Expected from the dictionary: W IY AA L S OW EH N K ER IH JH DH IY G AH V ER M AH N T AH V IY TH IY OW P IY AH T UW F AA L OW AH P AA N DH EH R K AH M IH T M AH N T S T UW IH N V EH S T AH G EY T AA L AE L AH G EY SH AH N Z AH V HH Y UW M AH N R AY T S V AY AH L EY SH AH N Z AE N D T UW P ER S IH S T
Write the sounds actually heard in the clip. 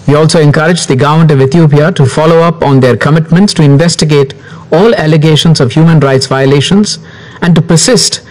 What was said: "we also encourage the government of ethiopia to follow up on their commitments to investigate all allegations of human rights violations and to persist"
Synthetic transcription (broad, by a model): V IY AA L S OW EH N K ER IH JH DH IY G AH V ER M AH N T AH V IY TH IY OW P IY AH T UW F AA L OW AH P AA N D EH R K AH M IH T M AH N T S T UW IH N V EH S T AH G EY T AA L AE L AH G EY SH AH N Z AH V HH Y UW M AH N R AY T S V AY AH L EY SH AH N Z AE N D T UW P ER S IH S T